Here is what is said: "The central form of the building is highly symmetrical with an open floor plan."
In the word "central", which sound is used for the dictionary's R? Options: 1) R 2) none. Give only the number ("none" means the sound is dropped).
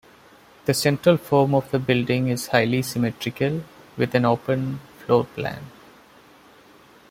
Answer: 1